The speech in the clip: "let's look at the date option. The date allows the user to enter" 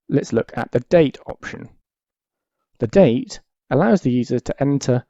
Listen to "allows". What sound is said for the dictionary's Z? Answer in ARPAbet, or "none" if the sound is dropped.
Z